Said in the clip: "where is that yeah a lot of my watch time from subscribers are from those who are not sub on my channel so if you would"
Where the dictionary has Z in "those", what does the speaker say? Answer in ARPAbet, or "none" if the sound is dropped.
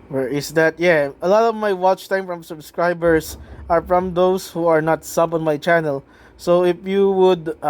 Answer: S